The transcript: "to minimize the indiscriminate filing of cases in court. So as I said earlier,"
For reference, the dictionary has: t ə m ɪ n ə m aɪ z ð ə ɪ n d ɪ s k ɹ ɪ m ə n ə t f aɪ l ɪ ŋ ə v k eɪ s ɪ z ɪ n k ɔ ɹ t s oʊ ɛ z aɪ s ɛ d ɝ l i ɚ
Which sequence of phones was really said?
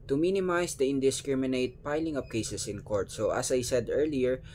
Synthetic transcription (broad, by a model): t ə m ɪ n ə m aɪ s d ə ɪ n d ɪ s k ɹ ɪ m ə n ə t p aɪ l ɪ ŋ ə p k eɪ s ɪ s ɪ n k ɔ ɹ t s oʊ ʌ s aɪ s ɛ d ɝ l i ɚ